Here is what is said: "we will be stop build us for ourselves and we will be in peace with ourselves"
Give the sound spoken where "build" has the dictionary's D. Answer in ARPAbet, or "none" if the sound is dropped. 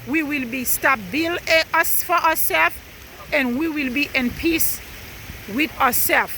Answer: none